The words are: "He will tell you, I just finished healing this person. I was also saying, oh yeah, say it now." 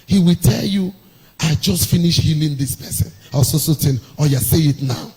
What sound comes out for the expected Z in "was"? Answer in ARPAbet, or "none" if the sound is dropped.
S